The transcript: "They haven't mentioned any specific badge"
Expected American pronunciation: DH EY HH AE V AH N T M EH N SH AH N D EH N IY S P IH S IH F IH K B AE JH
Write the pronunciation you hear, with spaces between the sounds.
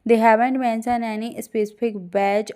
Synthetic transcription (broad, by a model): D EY HH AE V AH N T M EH N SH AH N EH N IY S P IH S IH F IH K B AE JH